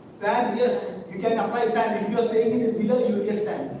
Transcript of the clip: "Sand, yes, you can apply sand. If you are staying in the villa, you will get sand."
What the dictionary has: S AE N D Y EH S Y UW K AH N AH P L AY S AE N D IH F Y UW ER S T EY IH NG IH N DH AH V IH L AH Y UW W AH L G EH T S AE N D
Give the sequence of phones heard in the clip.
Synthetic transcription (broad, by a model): S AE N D Y EH S Y UW K AH N AH P L AY S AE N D IH F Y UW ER S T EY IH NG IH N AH B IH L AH Y UW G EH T S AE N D